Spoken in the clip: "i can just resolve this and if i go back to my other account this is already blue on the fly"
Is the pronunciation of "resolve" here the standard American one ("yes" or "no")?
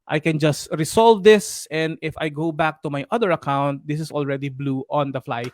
no